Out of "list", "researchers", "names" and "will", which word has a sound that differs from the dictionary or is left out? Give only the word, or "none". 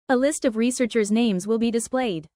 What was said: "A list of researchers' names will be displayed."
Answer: none